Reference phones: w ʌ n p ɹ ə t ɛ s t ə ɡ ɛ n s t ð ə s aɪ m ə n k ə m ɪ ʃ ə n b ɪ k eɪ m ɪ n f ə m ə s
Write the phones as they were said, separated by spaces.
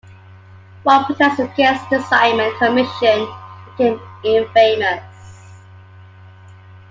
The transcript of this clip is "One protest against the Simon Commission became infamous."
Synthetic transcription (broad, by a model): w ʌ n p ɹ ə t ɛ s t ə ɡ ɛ s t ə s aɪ m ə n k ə m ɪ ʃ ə n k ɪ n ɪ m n f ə m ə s